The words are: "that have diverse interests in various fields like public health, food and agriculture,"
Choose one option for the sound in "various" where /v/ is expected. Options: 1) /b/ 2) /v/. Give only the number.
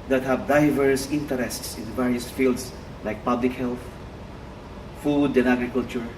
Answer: 2